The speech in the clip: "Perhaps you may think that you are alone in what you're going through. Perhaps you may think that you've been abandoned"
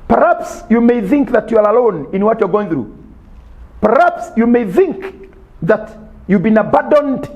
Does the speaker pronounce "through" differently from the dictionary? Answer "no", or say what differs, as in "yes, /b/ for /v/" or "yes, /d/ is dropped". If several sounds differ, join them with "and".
no